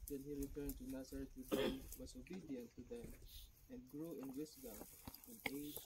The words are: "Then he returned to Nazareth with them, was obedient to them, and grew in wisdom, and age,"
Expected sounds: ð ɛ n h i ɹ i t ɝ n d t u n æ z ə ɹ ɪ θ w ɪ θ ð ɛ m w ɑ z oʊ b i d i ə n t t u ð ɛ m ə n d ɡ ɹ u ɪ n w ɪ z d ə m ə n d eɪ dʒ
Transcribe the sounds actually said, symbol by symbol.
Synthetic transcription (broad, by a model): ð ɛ n h i ɹ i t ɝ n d t u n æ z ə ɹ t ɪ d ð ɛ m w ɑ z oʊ b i d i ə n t t u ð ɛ m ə n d ɡ ɹ u ɪ n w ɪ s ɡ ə ə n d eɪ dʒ